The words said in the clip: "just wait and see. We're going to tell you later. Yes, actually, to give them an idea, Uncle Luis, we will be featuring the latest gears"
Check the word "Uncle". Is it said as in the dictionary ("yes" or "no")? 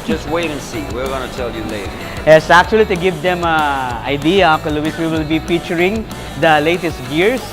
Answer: no